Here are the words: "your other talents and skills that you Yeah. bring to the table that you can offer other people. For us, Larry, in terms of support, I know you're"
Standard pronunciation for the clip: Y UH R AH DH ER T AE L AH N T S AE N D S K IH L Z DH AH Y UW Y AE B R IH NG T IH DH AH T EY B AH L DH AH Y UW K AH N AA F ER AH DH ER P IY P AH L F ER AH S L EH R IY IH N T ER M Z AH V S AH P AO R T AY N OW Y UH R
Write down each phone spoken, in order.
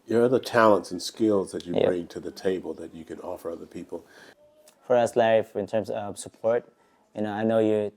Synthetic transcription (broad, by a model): Y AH R AH DH ER T AE L AH N T S N S K IH L Z DH AH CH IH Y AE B R IH NG T IH DH AH T EY B AH L DH AH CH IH K AH N AA F ER AH DH ER P IY P AH L F ER AH S L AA IY IH N T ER M S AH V S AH P AO R T AY N OW Y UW